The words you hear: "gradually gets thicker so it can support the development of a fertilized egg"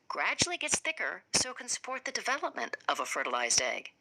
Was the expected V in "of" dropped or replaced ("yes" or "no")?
no